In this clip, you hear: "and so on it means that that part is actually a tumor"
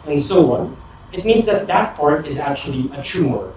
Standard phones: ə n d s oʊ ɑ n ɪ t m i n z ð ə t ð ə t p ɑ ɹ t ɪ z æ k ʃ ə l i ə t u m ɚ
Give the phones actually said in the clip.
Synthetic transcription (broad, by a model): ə n s oʊ ɑ n ɪ t m i n z ð ə t ð ə t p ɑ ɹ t ɪ z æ k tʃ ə l i ə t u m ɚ